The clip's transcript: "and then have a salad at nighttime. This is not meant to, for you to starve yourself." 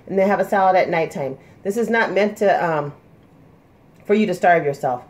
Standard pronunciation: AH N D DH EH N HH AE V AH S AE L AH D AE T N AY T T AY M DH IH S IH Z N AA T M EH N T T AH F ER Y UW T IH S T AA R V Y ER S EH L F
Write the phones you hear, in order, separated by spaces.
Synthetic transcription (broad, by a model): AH N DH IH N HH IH V AH S AE L AH D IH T N AY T T AY M DH IH S IH Z N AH T M EH N T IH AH F ER Y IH T IH S T AA R V Y ER S EH L F